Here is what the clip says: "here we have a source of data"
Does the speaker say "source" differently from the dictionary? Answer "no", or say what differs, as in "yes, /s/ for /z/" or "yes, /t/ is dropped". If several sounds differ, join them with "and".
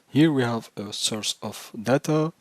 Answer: no